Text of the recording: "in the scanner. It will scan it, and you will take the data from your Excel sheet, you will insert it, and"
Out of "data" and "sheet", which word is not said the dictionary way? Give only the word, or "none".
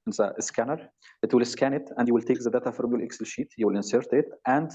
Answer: none